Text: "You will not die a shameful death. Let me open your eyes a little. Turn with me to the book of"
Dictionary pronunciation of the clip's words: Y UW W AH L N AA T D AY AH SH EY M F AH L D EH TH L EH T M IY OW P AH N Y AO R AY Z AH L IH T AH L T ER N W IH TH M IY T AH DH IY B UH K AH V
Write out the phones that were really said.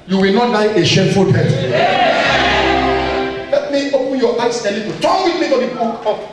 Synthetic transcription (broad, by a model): Y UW W AH L N AA T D AY AH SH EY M F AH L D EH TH L EH T M IY OW P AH N Y AO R AY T AH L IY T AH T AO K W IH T M IY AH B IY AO AH